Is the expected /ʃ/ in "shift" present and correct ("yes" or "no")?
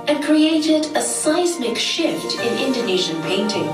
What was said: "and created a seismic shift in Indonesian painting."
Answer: yes